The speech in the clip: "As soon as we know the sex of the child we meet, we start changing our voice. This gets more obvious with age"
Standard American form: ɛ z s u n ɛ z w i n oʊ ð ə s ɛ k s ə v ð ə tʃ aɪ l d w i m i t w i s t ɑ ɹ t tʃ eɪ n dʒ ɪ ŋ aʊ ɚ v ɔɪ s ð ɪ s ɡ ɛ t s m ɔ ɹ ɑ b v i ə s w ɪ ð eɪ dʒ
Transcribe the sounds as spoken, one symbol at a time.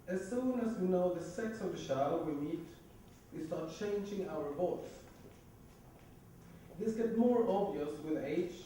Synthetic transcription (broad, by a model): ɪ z s u n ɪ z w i n oʊ ð ə s ɛ k s ə v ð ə ʃ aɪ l w i m i t w i s t ɑ ɹ t tʃ eɪ n dʒ ɪ ŋ aʊ ɚ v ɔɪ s ð ɪ s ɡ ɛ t m ɔ ɹ ɑ b v i ə s w ɪ ð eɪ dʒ